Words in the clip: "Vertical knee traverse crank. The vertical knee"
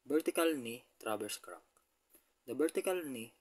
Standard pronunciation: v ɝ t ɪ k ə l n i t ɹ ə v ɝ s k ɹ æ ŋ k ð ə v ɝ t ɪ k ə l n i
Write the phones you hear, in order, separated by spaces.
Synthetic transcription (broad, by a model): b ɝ t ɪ k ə l n i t ɹ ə b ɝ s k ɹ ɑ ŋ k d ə b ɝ t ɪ k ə l n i